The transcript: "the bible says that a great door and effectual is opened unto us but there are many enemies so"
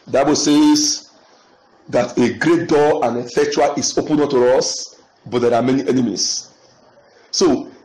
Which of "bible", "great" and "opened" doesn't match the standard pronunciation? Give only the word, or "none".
opened